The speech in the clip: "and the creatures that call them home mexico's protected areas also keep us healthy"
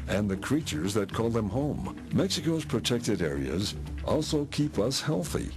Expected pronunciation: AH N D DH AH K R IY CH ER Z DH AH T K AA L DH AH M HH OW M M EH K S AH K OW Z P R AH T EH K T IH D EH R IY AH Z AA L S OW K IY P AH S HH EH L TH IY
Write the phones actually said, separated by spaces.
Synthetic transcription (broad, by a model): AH N DH AH K R IY CH ER Z DH AH T K AA L DH AH M HH OW M M EH K S AH K OW Z P R AH T EH K T IH D EH R IY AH Z AA L S OW K IY P AH S HH EH L TH IY